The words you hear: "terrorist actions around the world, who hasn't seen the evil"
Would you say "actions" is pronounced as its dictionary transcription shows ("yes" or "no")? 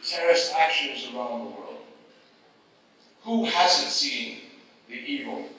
yes